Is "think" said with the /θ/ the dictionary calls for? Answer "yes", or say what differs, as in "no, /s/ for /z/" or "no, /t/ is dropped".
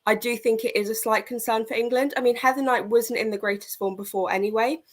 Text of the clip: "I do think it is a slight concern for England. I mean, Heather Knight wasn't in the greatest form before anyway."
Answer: yes